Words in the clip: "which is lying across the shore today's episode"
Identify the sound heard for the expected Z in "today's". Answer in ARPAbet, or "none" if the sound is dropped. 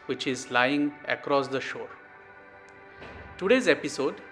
Z